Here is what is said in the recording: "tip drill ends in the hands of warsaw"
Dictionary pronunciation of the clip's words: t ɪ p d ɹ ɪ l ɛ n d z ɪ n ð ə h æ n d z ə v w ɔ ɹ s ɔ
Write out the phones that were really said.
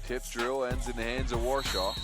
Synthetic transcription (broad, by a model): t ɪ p d ɹ ɪ l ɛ n d z ɪ n ð ə h æ n d z ə v w ɔ ɹ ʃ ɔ